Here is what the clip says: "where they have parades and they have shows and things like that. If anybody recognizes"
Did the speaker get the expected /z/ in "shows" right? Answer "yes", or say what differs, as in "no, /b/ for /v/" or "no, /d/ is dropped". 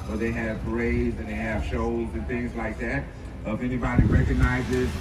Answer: yes